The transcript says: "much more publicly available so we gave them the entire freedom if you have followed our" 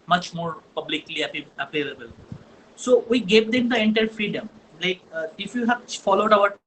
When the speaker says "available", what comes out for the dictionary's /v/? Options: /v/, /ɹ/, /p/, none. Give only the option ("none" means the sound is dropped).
/p/